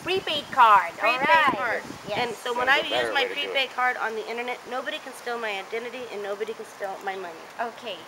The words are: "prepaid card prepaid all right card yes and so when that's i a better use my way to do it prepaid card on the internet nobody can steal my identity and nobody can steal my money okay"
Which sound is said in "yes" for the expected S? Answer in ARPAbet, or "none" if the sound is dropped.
none